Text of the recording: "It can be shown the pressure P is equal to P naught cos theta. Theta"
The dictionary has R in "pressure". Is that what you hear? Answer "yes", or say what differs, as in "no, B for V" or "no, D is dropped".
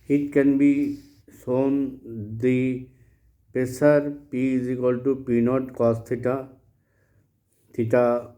no, R is dropped